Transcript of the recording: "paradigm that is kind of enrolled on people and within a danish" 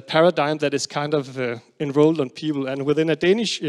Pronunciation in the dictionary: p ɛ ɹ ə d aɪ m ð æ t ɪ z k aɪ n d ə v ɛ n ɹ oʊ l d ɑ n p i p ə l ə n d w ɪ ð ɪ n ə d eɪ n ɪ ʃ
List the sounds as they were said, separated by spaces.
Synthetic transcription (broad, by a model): p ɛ ɹ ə d aɪ m ð æ t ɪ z k aɪ n d ə v ɛ n ɹ oʊ l d n p i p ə l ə n w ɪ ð ɪ n ə d eɪ n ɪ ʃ